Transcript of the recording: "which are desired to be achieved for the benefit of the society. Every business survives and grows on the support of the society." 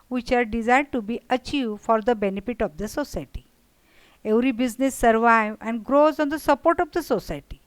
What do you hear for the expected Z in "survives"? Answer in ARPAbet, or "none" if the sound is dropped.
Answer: none